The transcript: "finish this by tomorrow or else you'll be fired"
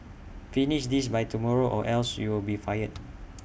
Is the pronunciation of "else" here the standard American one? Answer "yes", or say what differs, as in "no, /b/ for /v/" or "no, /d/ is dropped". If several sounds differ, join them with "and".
yes